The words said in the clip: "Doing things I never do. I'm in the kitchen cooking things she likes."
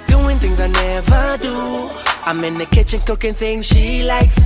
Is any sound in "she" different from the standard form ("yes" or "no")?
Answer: no